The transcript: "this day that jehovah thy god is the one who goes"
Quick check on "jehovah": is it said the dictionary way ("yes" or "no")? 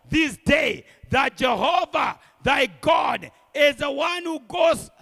yes